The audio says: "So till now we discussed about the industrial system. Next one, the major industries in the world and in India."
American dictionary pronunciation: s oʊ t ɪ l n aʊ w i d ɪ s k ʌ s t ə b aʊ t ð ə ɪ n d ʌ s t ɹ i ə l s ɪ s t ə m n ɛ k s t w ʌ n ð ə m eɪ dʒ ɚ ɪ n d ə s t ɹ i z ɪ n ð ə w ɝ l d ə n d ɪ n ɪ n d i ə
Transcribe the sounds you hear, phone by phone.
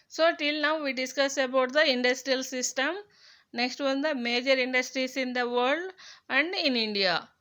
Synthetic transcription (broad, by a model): s oʊ t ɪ l n aʊ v i d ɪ s k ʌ s ə b aʊ t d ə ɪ n d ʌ s t ɹ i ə l s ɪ s t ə m n ɛ k s t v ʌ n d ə m eɪ dʒ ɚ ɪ n d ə s t ɹ i s ɪ n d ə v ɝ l d ə n d ɪ n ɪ n d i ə